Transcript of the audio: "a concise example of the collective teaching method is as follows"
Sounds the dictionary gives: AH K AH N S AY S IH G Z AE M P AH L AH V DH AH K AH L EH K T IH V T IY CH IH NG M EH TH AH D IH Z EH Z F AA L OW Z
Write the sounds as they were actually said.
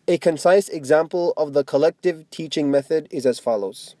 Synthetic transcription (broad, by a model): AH K AH N S AY S IH G Z AE M P AH L AH V DH AH K AH L EH K T IH V T IY CH IH NG M EH TH AH D IH Z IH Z F AA L OW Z